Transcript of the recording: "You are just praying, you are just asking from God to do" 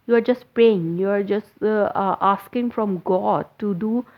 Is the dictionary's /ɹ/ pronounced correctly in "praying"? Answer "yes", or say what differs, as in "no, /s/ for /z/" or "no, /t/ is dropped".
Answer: no, /ɹ/ is dropped